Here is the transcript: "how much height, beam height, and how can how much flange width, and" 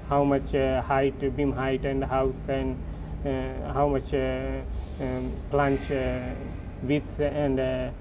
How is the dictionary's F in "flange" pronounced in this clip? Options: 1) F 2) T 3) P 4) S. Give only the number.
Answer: 3